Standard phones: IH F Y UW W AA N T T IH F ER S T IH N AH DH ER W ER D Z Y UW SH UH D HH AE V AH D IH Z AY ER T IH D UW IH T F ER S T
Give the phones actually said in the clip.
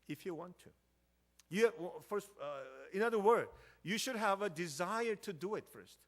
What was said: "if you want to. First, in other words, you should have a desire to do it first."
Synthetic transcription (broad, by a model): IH F Y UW W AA N T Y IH F ER S T IH N AH DH ER W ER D Y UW SH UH D HH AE V AH D IH Z AY ER T IH D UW IH T F ER S T